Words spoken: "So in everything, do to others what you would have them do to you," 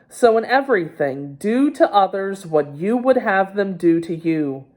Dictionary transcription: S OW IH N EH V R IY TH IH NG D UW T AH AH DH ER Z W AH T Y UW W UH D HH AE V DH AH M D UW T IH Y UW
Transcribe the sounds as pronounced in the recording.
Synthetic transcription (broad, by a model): S OW IH N EH V R IY TH IH NG D UW T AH AH DH ER Z W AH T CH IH W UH D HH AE V DH AH M D UW T IH Y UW